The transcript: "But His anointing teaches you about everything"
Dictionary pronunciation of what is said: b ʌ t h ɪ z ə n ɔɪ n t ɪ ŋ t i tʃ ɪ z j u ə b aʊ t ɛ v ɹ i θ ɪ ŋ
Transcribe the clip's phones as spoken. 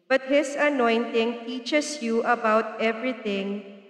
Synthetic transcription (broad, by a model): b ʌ t h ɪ s ə n ɔɪ n t ɪ ŋ t i tʃ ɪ s j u ə b aʊ t ɛ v ɹ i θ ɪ ŋ